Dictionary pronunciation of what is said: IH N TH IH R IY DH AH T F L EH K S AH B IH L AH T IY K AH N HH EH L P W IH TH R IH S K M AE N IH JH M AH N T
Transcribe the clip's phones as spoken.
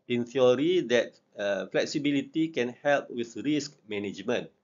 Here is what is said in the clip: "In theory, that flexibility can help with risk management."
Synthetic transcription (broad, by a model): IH N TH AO R IY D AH T F L EH K S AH B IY L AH T IY K AH N HH EH L P W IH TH R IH S K M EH N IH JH M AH N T